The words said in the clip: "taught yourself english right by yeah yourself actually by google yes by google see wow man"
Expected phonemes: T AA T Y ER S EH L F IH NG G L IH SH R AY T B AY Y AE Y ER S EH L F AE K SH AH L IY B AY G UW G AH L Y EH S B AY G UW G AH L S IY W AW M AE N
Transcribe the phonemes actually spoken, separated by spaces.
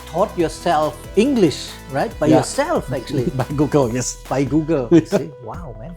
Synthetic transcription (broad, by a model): T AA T Y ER S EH L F IH NG G L IH SH R AY T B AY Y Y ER S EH L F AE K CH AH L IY B AY G UW G AH L Y EH S B AY G UW G AH L S IY W AW M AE N